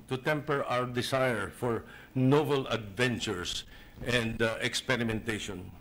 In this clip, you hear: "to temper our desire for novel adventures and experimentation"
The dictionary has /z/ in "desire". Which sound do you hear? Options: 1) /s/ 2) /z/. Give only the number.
1